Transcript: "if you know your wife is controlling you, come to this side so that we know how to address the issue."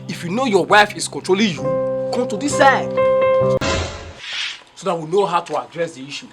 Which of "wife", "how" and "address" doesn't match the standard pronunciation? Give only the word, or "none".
none